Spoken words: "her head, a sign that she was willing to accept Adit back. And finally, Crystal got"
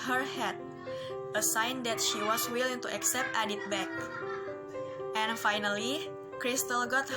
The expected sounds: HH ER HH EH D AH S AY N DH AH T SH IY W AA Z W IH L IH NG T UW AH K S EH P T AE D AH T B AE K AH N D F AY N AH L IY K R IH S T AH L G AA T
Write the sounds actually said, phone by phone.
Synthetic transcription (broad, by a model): HH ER HH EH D AH S AY N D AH T SH IY W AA S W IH L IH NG T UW AH K S EH P T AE D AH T B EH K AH N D F AY N AH L IY K R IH S T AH L G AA T